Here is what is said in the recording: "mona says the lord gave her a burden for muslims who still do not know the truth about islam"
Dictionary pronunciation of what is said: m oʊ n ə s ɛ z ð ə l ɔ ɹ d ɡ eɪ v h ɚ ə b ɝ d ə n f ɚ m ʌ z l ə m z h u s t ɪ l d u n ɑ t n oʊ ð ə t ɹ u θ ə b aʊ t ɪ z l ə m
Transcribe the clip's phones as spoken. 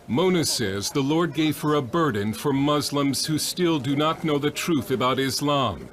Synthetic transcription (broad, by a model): m oʊ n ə s ɛ z ð ə l ɔ ɹ d ɡ eɪ v h ɚ ə b ɝ d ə n f ɚ m ʌ z l ə m z h u s t ɪ l d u n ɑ t n oʊ ð ə t ɹ u θ ə b aʊ t ɪ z l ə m